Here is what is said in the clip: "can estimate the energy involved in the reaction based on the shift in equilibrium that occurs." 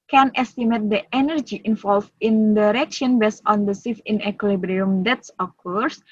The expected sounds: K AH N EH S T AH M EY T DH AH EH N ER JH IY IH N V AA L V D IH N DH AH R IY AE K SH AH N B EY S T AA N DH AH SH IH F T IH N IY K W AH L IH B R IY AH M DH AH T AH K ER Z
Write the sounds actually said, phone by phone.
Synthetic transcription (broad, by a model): K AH N EH S T AH M EY T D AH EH N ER JH IY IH N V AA L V IH N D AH R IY K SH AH N B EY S AA N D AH S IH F IH N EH K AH L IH B R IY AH M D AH T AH K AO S